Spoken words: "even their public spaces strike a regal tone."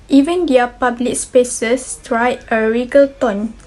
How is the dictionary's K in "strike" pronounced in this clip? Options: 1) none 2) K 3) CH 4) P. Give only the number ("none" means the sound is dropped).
1